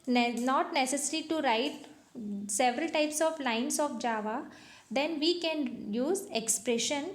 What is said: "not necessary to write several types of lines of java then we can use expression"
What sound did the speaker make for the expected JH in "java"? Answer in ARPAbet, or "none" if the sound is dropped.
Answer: JH